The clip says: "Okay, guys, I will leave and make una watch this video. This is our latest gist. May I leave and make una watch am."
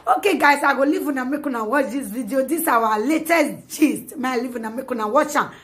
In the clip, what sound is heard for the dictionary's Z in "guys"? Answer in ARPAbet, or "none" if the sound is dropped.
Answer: S